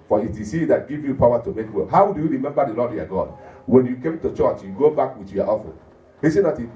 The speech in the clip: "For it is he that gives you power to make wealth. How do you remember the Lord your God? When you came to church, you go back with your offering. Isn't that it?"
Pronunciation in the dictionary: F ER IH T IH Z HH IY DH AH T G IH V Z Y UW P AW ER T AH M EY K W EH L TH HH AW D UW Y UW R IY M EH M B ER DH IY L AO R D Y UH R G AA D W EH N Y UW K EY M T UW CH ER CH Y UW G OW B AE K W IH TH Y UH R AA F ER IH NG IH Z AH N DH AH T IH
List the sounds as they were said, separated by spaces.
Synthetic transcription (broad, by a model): F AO IH T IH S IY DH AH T G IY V Y UW P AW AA T AH M EY K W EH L HH AW D UW Y UW R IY M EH M B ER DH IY L AO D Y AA G AA D W EH N Y UW K EY M T UW CH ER CH Y UW G OW B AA K W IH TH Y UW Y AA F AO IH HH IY S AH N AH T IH